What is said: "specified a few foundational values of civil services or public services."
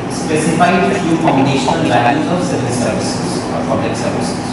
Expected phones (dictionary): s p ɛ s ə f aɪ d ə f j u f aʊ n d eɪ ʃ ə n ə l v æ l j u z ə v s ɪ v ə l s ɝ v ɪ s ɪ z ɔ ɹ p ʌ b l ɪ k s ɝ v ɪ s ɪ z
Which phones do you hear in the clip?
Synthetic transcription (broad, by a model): s p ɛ s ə f aɪ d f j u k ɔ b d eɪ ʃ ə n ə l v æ n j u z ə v s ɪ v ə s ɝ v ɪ s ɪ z ɔ ɹ p ʌ b l ɪ k s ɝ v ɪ s